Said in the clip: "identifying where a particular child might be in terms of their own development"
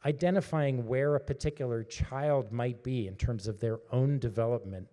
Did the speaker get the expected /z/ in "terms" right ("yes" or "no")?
yes